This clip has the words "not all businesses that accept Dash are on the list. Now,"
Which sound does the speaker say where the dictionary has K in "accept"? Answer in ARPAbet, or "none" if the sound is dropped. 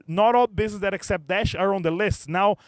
K